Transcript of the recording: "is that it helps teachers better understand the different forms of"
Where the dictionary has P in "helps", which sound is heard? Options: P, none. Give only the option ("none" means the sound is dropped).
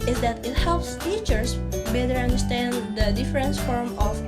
P